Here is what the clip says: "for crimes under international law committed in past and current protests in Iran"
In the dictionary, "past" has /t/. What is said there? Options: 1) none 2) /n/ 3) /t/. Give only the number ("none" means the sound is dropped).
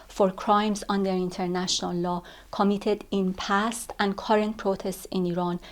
3